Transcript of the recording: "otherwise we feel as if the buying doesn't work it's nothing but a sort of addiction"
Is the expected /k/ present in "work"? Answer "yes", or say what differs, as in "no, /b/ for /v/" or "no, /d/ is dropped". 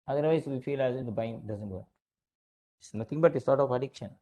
no, /k/ is dropped